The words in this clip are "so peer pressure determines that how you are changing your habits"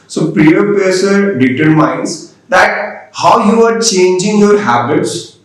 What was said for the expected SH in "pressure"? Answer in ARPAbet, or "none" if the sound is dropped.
S